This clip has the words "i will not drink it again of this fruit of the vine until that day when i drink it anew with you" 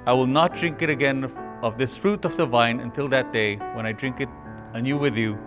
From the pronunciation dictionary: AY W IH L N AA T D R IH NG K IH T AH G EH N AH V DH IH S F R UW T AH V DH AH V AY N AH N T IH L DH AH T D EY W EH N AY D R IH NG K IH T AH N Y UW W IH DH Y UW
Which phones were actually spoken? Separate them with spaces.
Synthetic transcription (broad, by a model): AY W IH L N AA T D R IH NG K IH T AH G EH N AH V DH IH S F R UW T AH V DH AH V AY N AH N T IH L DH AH T D EY W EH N AY D R IH NG K IH T AH N Y UW W IH DH Y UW